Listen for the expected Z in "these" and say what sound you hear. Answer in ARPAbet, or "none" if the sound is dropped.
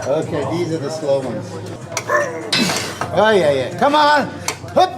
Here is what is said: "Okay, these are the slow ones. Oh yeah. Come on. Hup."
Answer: Z